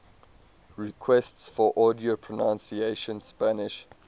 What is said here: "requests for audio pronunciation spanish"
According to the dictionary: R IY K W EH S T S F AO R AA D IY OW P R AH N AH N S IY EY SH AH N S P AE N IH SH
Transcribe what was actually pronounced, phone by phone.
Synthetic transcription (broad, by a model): R IY K W EH S T S F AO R AA D IY OW P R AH N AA N S IY EY SH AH N S P AE N IH SH